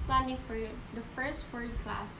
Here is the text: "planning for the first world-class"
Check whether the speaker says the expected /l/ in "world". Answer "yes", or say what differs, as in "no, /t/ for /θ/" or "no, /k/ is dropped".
no, /l/ is dropped